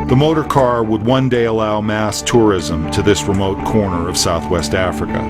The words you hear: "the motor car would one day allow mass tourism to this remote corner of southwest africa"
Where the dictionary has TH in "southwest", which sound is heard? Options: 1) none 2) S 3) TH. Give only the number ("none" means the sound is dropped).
3